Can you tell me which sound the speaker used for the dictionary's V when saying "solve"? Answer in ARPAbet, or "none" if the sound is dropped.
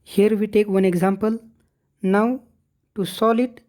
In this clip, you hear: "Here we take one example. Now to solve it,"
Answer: none